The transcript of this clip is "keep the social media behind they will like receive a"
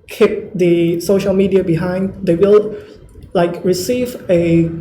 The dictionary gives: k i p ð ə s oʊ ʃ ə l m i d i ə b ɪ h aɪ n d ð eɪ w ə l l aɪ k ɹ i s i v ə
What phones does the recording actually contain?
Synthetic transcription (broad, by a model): k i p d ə s oʊ ʃ ə l m i d i ə b ɪ h aɪ n d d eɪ w ə l l aɪ k ɹ i s i v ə